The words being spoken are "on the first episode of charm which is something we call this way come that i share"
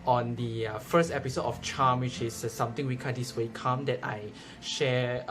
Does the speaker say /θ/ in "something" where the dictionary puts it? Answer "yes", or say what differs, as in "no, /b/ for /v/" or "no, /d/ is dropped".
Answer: no, /t/ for /θ/